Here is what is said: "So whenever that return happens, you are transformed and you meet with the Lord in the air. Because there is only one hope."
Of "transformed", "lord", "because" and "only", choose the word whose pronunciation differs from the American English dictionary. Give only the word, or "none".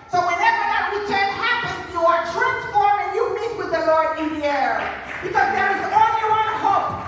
transformed